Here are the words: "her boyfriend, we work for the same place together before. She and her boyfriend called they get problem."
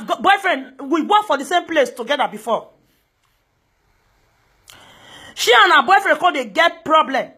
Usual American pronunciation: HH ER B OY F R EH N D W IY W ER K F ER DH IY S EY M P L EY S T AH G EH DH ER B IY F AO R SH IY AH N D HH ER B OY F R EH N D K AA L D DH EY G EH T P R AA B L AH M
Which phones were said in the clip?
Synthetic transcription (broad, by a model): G B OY F R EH N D W IY W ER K F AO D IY S EY M P L EY S T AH G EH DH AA B IY F AO SH IY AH N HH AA B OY F R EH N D K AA D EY G EH T P R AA B L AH M